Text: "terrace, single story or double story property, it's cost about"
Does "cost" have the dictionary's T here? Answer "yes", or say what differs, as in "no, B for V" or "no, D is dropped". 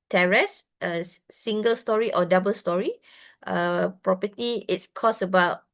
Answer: no, T is dropped